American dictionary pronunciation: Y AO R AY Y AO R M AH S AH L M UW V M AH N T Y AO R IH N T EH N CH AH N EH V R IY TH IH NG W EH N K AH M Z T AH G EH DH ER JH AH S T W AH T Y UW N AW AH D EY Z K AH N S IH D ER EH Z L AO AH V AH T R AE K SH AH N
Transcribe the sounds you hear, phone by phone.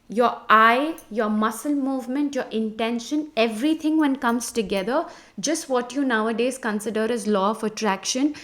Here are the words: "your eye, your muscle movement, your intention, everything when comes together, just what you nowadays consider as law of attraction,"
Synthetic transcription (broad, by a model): Y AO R AY Y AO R M AH S AH L M UW V M AH N T Y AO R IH N T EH N SH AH N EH V R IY T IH NG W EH N K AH M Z T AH G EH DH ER JH AH S T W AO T Y UW N AW AH D EY Z K AH N S IH D ER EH Z L AO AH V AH T R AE K SH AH N